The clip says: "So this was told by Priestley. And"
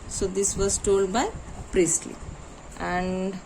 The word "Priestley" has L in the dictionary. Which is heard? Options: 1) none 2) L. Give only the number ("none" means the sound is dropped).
2